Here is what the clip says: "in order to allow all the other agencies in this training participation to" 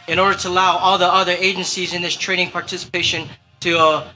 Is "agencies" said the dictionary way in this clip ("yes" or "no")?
yes